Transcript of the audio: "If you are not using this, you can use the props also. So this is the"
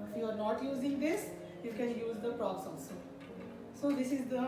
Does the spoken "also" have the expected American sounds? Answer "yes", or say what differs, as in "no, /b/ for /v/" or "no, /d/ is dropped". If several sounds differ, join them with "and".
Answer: no, /l/ is dropped